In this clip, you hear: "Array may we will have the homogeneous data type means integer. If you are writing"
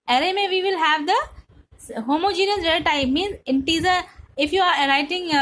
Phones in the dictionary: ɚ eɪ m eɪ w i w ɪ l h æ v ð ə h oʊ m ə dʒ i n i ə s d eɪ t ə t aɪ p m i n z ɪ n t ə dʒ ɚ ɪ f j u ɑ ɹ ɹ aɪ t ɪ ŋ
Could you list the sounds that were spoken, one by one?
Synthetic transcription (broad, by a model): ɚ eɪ m eɪ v i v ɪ l h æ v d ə h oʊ m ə dʒ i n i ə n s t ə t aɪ m i n z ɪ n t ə z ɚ ɪ f j u ɑ ɹ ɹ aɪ t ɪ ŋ